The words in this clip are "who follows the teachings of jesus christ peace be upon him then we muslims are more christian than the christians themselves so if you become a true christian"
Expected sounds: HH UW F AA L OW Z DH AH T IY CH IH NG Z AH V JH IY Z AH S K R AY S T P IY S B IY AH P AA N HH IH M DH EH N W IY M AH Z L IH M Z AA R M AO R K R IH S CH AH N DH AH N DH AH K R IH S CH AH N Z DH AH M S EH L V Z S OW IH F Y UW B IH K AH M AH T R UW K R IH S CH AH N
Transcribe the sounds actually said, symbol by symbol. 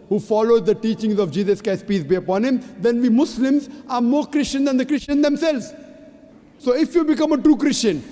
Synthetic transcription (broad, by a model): HH UW F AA L OW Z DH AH T IY CH IH NG Z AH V JH IY Z AH S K AY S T P IY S B IY AH P AA N HH IH M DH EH N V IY M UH S L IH M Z AA R M AO R K R IH S CH AH N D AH N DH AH K R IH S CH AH N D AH M S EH L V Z S OW IH F Y UW B IH K AH M AH T R UW K R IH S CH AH N